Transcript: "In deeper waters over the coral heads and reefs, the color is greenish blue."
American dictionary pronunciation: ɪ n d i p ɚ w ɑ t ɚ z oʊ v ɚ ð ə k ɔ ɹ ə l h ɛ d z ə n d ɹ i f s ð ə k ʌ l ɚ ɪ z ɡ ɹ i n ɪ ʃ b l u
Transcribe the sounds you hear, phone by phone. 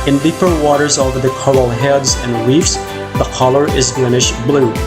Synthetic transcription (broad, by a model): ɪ n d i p ɚ w ɑ t ɚ z oʊ v ɚ ð ə k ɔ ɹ l h ɛ d z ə n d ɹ i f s ð ə k ʌ l ɚ ɪ z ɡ l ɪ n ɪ ʃ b l u